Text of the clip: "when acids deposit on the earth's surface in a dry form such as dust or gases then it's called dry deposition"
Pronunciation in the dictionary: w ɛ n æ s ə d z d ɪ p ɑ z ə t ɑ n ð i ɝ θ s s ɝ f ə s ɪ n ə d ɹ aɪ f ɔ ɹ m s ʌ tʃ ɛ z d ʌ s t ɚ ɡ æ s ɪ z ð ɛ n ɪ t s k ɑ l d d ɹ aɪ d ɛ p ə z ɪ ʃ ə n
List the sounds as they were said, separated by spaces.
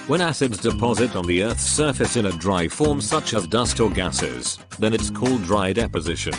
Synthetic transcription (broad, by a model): w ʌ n æ s ə d z d ɪ p ɑ z ə t n ð i ɝ θ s s ɝ f ə s ɪ n ə d ɹ aɪ f ɔ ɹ m s ʌ tʃ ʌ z d ʌ s t ɚ ɡ æ s ɪ z ð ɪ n ɪ t s k ɑ l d d ɹ aɪ d ɛ p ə z ɪ ʃ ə n